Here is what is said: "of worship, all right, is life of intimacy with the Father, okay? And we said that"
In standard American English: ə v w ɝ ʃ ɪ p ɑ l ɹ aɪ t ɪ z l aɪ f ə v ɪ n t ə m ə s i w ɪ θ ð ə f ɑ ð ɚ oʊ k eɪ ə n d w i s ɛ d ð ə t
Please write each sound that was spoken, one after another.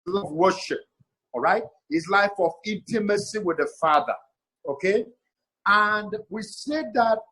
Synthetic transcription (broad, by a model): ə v w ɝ ʃ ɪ p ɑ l ɹ aɪ t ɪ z l aɪ f ə v ɪ n t ə m ə s i w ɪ ð ə f ɑ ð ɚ oʊ k eɪ ə n d w i s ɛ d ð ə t